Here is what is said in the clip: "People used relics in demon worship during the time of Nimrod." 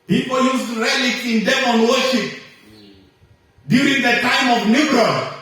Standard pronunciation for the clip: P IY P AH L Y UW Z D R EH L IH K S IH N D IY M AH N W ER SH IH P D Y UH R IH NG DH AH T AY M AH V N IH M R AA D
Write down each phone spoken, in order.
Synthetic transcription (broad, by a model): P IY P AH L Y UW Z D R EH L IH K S IH N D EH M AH N W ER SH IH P D Y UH R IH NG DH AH T AY M AH V N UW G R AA